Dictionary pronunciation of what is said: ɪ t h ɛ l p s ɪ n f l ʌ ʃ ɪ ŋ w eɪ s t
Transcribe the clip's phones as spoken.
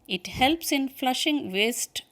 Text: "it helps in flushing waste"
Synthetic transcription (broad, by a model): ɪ t h ɛ l p s ɪ n f l ʌ ʃ ɪ ŋ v eɪ s t